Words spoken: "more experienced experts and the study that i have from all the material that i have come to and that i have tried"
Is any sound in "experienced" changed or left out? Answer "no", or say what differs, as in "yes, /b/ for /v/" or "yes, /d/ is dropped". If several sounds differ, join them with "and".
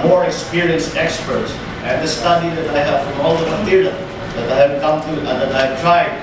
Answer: no